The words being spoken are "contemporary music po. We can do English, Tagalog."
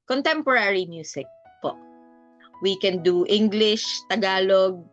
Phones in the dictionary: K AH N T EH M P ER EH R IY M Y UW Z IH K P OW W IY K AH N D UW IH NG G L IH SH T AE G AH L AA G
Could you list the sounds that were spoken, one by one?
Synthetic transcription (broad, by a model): K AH N T EH M P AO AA R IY M Y UW S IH K P OW W IY K AH N D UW IH NG G L IH SH T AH G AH L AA G